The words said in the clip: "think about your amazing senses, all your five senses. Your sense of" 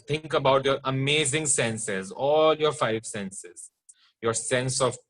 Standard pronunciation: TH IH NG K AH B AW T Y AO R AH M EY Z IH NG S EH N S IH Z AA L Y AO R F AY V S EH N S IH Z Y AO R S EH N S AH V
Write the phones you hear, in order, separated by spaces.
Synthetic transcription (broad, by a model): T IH NG K AH B AW T Y AO R AH M EY Z IH NG S EH N S IH Z AA L Y AO R F AY V S EH N S IH Z Y AO R S EH N S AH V